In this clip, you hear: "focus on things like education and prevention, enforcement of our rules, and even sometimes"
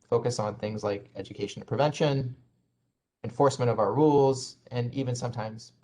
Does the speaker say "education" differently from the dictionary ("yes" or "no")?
yes